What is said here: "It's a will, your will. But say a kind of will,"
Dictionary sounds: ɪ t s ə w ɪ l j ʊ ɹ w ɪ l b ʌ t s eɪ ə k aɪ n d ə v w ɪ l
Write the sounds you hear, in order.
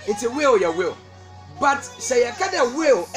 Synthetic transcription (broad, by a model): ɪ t ə w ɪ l j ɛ w ɪ l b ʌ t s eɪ ə k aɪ d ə w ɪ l